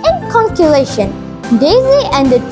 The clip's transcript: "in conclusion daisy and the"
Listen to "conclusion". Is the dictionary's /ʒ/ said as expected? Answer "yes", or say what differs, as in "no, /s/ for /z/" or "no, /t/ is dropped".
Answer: no, /ʃ/ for /ʒ/